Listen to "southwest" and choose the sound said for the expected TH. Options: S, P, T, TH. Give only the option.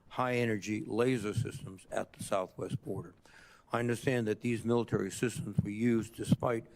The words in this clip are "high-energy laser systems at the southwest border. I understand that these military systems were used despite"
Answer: TH